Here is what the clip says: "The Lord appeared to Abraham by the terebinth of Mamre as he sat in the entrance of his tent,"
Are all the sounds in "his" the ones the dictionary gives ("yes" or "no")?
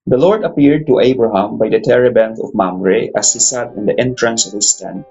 no